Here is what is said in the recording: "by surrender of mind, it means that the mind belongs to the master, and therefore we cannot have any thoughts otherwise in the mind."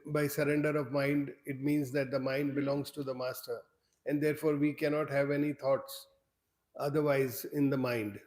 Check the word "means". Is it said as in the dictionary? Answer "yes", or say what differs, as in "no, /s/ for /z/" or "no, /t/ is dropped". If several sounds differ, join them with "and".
yes